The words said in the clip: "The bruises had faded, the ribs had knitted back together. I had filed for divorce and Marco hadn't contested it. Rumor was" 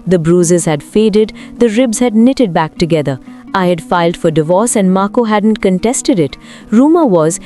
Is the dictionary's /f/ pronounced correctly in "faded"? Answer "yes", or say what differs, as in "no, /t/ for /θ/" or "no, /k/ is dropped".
yes